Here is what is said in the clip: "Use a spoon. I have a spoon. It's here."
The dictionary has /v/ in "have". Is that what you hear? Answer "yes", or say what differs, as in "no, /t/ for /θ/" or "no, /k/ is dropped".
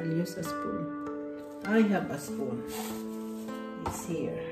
no, /b/ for /v/